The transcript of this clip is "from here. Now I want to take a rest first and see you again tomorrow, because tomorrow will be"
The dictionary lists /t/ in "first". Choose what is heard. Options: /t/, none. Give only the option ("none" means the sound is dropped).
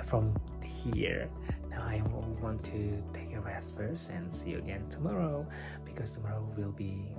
none